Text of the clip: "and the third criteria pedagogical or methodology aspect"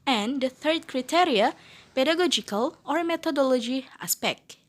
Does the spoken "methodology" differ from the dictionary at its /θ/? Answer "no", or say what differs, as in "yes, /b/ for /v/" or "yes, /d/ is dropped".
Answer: yes, /t/ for /θ/